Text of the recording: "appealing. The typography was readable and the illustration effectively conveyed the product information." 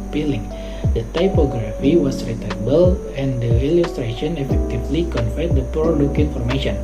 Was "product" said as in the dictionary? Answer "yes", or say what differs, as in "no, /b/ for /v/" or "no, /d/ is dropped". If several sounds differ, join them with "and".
no, /t/ is dropped